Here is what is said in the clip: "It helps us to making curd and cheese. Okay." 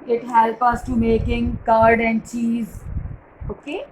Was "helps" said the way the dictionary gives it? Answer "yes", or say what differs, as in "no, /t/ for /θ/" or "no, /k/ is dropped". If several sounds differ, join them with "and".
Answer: no, /s/ is dropped